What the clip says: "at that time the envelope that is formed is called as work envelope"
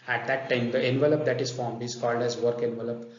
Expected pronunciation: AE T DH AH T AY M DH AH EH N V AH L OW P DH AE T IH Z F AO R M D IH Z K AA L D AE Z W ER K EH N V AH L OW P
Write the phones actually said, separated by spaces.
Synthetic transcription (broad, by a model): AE T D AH T AY M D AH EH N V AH L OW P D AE T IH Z F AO R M IH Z K AA L D AE Z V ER K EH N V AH L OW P